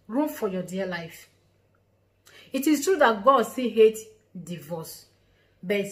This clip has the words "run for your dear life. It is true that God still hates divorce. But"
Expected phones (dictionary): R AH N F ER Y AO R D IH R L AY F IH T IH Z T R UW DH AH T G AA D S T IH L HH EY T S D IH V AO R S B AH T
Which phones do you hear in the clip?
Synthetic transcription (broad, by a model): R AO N F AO Y AO D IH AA L AY F IH T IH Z T R UW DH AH T G AA D S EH HH EY T D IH V AO S B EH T